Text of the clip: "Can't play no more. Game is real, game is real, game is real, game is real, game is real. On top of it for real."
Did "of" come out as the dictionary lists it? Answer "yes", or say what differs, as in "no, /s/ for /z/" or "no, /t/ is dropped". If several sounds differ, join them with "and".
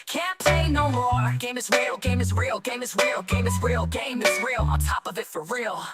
yes